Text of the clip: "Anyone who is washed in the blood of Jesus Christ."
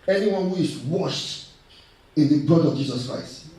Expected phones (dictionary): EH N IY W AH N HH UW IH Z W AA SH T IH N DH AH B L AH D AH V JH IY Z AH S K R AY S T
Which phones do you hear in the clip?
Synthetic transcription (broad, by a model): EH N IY W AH N HH UW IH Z W AA SH T IH N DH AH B AH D AH V JH IY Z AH S K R AY S T